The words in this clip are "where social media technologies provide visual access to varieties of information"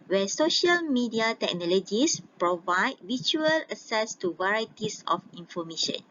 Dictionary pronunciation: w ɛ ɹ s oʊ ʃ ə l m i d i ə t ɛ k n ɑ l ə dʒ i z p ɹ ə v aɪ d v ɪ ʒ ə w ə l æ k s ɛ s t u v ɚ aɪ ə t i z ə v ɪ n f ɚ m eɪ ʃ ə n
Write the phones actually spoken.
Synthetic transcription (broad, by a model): w ɛ s oʊ ʃ ə l m i d i ə t ɛ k n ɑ l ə dʒ i s p ɹ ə v aɪ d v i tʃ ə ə l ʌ s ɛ s t u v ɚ aɪ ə t i s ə f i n f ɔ m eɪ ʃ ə n